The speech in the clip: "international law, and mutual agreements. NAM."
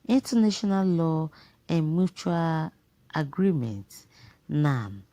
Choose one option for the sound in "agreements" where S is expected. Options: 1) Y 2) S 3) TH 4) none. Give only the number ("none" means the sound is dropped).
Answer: 4